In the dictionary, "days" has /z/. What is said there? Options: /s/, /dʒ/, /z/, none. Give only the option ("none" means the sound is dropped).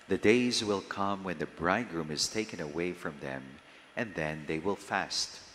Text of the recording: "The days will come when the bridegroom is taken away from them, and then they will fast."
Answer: /z/